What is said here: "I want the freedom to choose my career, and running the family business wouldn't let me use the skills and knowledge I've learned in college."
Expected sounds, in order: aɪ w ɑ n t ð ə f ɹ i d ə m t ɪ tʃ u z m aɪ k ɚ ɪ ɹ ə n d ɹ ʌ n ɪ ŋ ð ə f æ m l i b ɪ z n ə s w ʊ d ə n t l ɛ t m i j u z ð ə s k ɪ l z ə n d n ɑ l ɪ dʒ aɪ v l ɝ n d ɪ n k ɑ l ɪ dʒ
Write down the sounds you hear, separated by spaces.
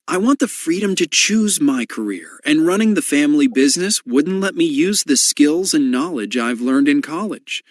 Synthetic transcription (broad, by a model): aɪ w ɑ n ð ə f ɹ i d ə m t ɪ tʃ u z m aɪ k ɚ ɪ ɹ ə n ɹ ʌ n ɪ ŋ ð ə f æ m l i b ɪ z n ə s w ʊ d n t l ɛ t m i j u z ð ə s k ɪ l z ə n n ɑ l ɪ dʒ aɪ v l ɝ n d ɪ n k ɑ l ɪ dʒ